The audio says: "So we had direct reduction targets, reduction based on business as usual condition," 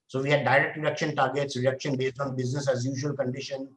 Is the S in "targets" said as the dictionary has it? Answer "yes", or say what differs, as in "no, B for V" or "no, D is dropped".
yes